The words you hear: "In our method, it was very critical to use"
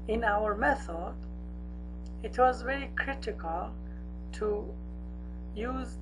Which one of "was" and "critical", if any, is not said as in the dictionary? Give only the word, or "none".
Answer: none